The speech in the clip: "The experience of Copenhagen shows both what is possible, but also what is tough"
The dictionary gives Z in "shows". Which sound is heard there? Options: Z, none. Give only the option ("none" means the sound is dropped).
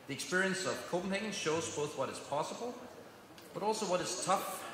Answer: Z